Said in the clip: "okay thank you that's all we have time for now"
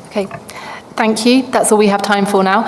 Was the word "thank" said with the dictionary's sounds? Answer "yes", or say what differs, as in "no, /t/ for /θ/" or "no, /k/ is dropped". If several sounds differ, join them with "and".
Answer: yes